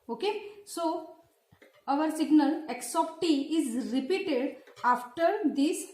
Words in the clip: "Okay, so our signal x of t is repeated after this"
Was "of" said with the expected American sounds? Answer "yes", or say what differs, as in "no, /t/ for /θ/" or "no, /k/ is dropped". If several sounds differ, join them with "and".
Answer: no, /p/ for /v/